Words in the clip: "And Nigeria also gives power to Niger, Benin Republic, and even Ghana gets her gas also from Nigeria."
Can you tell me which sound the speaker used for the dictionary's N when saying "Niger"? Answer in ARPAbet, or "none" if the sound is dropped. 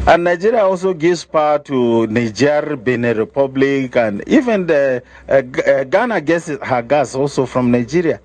N